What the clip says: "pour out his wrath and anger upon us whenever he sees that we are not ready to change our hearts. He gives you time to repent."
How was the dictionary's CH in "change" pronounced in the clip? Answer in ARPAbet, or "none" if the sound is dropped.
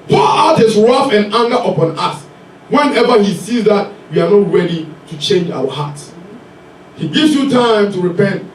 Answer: CH